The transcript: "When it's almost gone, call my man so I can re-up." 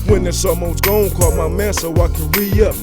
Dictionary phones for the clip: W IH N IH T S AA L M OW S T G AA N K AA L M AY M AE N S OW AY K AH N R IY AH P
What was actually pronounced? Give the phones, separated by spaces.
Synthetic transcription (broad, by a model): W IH N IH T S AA M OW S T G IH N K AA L M AY M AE S OW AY K AH N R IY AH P